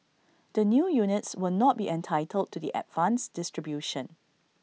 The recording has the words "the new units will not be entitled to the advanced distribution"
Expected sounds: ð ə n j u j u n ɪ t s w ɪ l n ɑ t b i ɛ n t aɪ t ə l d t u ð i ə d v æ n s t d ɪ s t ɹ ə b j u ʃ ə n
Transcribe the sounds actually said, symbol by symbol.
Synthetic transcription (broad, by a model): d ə n j u j u n ɪ t s w ɪ l n ɑ t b i ɛ n t aɪ t ə l d t u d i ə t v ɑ n s d ɪ s t ɹ ə b j u ʃ ə n